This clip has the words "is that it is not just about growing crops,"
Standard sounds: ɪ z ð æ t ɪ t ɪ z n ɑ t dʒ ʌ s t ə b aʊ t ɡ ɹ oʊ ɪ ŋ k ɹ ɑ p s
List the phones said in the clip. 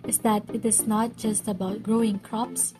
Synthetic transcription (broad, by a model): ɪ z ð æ t ɪ t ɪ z n ɑ t dʒ ʌ s t ə b aʊ t ɡ ɹ oʊ ɪ ŋ k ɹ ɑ p s